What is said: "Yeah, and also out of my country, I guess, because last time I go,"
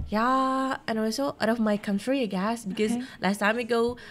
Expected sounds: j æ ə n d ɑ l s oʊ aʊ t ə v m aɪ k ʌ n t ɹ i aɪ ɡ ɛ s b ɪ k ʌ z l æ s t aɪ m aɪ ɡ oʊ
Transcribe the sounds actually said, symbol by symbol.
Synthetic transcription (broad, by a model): j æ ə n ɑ w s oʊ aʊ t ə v m aɪ k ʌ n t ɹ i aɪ ɡ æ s b ɪ k ʌ z l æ s t aɪ m aɪ ɡ oʊ